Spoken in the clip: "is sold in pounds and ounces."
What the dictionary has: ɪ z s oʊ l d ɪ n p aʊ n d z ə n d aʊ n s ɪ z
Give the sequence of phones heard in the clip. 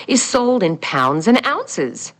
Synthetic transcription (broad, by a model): ɪ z s oʊ l d ɪ n p aʊ n d z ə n aʊ n s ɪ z